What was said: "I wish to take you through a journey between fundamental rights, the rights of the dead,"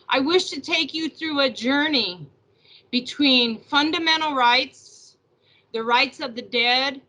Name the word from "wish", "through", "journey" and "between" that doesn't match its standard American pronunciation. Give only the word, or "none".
none